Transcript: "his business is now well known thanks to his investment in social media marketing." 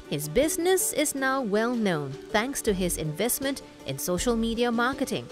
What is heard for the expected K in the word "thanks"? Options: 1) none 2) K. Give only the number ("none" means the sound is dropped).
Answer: 2